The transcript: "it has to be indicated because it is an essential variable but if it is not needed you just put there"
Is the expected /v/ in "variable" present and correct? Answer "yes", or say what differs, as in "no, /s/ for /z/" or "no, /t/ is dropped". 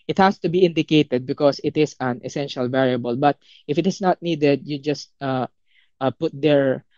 yes